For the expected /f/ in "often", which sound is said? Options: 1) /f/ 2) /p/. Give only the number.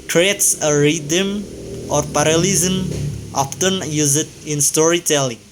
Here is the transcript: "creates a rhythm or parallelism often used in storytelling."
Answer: 2